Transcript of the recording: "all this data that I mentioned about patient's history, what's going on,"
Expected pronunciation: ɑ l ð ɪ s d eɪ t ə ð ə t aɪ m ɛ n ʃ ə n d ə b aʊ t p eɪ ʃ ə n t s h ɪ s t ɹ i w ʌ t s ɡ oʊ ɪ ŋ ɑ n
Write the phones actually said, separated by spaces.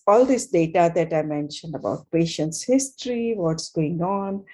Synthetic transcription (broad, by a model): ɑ l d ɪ s d eɪ t ə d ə t aɪ m ɛ n ʃ ə n d ə b aʊ t p eɪ ʃ ə n t s h ɪ s t ɹ i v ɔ t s ɡ oʊ ɪ ŋ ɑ n